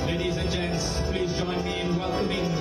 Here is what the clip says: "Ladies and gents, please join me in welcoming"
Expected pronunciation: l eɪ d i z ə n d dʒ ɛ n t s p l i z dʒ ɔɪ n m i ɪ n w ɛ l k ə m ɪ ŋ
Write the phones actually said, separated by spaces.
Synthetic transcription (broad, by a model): l eɪ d i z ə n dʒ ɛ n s p l i z dʒ ɔɪ n m i ɪ n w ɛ l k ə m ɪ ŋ